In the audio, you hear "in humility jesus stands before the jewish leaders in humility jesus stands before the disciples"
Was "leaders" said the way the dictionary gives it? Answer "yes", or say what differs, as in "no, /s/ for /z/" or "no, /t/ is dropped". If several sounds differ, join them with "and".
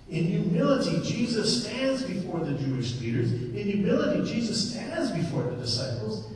yes